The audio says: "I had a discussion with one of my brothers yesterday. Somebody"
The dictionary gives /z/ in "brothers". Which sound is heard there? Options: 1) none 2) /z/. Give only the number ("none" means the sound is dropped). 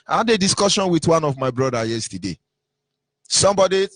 1